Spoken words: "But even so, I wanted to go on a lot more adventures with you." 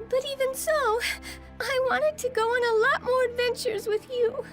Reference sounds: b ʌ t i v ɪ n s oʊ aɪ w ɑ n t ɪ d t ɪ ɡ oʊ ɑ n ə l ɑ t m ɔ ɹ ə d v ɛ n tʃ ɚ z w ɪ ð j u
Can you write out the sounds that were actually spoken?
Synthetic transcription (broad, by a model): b ʌ t i v ɪ n s oʊ aɪ w ɑ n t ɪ d t ɪ ɡ oʊ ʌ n ə l ɑ t m ɔ ɹ ə d v ɛ n tʃ ɚ z w ɪ ð j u